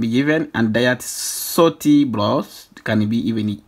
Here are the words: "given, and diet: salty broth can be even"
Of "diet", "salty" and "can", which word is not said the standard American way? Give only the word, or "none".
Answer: salty